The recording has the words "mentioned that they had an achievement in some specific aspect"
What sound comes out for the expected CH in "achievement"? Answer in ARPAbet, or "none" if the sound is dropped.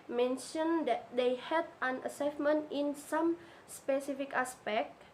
S